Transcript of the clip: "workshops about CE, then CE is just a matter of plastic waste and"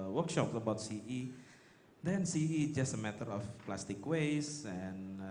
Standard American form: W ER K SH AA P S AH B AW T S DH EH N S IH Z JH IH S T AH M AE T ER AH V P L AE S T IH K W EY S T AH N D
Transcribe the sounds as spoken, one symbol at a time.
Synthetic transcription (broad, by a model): W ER K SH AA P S AH B AW T S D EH N S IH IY JH IH S T AH M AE T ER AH F P L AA S T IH K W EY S AH N